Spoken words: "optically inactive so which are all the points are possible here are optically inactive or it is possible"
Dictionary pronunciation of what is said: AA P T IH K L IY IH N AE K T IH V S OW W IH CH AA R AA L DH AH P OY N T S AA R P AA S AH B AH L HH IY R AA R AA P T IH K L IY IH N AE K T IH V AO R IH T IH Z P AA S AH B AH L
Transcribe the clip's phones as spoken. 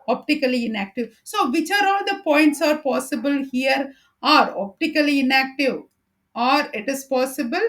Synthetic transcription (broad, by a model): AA P T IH K L IY IH N AE K T IH V S OW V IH CH AA R AA L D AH P OY N T S AA R P AA S AH B AH L HH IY R AA R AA P T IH K L IY IH N AE K T IH V AO R IH T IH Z P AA S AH B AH L